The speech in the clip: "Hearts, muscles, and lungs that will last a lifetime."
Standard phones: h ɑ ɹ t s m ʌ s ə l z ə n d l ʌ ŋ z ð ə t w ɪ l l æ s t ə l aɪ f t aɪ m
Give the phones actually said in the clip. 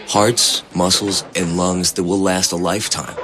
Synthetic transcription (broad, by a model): h ɑ ɹ t s m ʌ s l z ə n l ʌ ŋ z ð ə t w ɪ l l æ s t ə l aɪ f t aɪ m